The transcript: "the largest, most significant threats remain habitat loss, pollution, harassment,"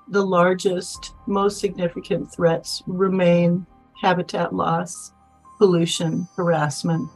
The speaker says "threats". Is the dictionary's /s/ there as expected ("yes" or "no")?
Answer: yes